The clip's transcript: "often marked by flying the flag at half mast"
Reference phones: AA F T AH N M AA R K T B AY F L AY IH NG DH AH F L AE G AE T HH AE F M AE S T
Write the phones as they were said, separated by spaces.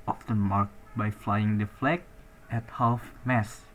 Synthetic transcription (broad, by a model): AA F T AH N M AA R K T B AY F L AY IH NG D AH F L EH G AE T HH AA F M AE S